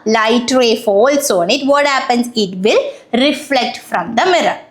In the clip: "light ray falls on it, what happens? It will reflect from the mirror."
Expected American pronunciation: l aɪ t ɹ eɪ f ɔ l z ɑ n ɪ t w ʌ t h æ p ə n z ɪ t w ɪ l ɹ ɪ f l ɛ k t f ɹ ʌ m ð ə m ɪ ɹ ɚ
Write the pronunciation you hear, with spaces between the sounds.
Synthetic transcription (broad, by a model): l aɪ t ɹ eɪ f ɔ l s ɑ n ɪ t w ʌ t h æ p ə n s ɪ t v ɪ l ɹ ɪ f l ɛ k t f ɹ ʌ m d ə m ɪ ɹ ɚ